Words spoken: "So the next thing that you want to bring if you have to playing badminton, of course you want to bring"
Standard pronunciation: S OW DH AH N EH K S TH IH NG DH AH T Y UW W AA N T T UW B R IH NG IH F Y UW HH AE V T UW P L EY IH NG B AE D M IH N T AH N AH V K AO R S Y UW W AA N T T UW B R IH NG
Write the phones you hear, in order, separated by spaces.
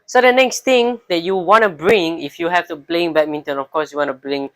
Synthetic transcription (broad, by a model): S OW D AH N EH K S T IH NG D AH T Y UW W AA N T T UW B R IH NG IH F Y UW HH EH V T UW B L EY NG B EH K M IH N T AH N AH F K AO S Y UW W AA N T T UW B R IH NG